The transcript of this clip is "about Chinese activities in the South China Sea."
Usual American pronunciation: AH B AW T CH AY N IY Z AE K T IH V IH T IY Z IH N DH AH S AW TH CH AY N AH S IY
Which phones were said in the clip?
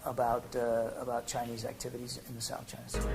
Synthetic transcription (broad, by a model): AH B AW T CH AY N IY Z AE K T IH V IH T IY Z IH N DH AH S AW TH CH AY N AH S